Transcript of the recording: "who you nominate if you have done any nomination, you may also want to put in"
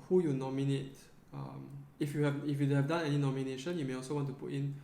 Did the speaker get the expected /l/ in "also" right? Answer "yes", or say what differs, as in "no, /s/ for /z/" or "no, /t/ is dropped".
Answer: yes